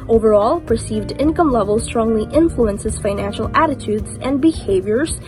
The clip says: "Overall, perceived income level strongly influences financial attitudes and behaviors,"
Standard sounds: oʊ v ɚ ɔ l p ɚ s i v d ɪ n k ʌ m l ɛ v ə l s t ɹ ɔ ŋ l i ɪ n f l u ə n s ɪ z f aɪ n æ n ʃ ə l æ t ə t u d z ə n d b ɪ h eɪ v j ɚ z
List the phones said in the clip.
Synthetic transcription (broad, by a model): oʊ v ɚ ɔ l p ɚ s i v d ɪ n k ʌ m l ɛ v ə l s t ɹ ɔ ŋ l i ɪ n f l u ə n s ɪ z f aɪ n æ n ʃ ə l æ t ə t u d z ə n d b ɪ h eɪ v j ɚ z